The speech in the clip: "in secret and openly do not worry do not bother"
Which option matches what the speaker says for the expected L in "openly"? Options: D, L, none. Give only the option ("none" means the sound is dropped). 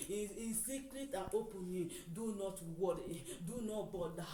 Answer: none